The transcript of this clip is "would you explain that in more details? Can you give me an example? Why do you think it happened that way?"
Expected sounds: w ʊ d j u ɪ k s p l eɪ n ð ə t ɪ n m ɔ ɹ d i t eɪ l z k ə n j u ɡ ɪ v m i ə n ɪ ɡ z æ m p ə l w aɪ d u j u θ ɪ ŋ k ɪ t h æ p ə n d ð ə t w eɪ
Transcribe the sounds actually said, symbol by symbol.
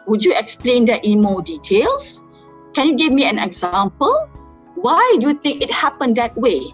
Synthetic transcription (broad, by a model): w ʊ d j u ɪ k s p l eɪ n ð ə t ɪ n m ɔ d i t eɪ l s k ə n j u ɡ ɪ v m i ə n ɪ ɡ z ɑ m p ə l w aɪ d j u t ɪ ŋ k ɪ t h æ p ə n d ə t w eɪ